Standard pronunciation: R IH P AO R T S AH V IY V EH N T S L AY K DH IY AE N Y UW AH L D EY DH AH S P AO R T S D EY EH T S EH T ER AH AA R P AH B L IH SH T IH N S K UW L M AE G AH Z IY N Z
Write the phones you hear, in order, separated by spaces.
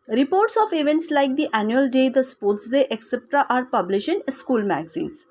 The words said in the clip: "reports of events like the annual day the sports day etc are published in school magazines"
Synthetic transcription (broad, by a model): R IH P AO R T S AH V IY V EH N T S L AY K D IY AE N Y UW AH L D EY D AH S P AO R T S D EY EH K S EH T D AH AA R P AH B L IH SH IH N S K UW L M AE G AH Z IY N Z